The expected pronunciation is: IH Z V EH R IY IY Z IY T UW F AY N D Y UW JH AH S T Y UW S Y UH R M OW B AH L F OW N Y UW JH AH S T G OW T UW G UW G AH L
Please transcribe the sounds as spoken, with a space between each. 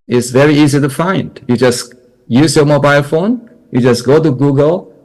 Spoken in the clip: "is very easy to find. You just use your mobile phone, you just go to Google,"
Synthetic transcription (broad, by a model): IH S V EH R IY IY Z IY T UW F AY N D Y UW JH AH S Y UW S Y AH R M OW B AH L F OW N Y UW JH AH S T G OW T UW G UW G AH L